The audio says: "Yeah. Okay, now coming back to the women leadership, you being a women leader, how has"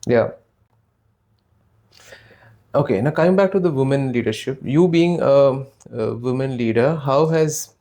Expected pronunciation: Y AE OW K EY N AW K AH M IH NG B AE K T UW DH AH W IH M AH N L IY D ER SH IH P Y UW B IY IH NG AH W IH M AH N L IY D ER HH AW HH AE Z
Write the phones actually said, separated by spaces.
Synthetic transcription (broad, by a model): Y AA OW K EY N AW K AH IH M B AE K T UW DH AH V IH M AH N L IY D ER SH IH P Y UW B IY IH NG AH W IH M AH N L IY D ER HH AW HH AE Z